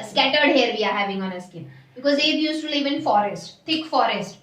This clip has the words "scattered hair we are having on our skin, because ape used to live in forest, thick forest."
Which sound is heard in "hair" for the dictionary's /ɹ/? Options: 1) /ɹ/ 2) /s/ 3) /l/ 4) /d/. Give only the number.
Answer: 1